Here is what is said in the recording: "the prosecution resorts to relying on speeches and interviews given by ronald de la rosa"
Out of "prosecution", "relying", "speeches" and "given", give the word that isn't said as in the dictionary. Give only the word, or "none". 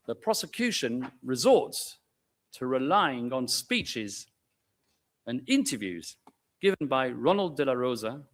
none